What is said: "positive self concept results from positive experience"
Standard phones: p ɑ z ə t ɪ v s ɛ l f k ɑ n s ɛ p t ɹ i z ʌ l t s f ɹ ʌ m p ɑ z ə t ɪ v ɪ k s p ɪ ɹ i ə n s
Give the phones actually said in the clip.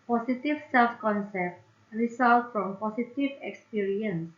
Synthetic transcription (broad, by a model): p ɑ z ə t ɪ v s ɛ l f k ɑ n s ɛ p t ɹ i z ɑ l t f ɹ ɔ m p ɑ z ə t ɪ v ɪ k s p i ɹ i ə n s